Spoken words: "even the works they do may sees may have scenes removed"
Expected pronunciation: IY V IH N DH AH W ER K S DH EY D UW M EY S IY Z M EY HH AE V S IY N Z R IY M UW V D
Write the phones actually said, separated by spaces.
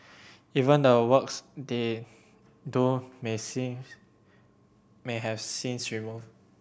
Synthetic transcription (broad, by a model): IY V IH N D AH W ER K S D EY D UW M EY S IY M EY HH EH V S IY N S R IY M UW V